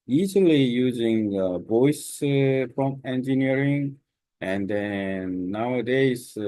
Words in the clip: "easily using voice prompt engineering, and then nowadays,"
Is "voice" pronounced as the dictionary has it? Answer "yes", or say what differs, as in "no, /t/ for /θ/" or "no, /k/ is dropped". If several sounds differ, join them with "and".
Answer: no, /b/ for /v/